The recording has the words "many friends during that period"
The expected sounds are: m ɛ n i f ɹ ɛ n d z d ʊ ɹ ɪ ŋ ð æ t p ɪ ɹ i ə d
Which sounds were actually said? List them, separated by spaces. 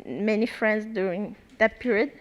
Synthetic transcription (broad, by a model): m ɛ n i f ɹ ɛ n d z d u ɪ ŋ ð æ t p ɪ ɹ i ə d